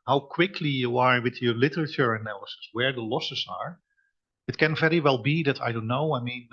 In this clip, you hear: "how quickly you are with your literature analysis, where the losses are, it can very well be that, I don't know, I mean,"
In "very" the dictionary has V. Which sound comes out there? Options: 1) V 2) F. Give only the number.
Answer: 1